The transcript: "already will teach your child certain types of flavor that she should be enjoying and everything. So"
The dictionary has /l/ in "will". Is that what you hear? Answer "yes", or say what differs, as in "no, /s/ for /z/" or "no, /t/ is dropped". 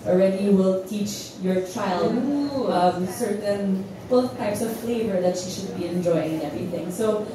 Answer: yes